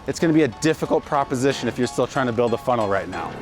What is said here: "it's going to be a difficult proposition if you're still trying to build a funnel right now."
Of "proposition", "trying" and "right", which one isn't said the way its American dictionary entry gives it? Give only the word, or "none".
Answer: none